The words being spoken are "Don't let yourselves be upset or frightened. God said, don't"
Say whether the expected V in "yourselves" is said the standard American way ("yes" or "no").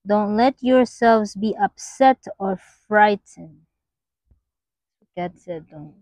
yes